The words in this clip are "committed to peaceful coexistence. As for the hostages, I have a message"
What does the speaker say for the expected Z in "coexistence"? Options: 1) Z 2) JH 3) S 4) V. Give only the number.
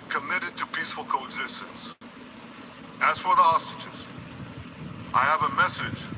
1